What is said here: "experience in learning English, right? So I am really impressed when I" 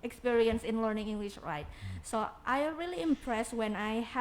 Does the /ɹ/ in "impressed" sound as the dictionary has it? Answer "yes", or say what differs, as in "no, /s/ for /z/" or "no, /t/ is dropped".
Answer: yes